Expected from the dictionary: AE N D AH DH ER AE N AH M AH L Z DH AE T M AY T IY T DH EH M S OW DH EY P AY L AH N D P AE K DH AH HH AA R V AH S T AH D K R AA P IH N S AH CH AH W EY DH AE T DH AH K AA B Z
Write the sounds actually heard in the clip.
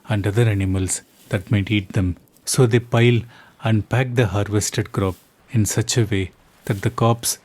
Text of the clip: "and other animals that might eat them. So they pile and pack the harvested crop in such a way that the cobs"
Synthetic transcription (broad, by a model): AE N D AH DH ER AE N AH M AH L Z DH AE T M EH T IY T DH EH M S OW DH EY P AY L AH N D P AE K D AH HH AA R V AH S T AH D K R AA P IH N S AH CH AH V EY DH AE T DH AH K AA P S